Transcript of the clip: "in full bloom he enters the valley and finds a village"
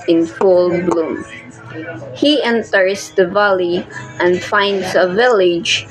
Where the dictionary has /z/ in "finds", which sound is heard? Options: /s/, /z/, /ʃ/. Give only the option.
/s/